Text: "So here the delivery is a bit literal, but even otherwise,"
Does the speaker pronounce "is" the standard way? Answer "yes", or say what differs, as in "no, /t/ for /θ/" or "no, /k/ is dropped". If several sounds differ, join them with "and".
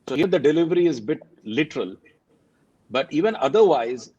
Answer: yes